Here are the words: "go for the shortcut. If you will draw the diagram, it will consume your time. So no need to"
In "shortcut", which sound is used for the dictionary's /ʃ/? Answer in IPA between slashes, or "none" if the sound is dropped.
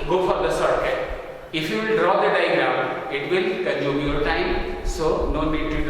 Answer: /s/